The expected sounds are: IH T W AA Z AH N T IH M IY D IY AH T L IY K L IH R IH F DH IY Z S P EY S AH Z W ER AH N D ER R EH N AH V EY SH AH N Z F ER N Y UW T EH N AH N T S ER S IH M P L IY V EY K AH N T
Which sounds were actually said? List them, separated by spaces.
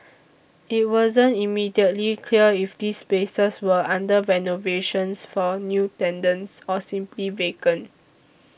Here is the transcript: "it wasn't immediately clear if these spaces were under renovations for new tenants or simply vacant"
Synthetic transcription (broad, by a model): IH T W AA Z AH N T IH M IY D IY AH T L IY K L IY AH IH F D IY S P EY S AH S W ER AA N D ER R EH N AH V EY SH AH N S F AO N Y UW T EH N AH N S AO S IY M P L IY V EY K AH N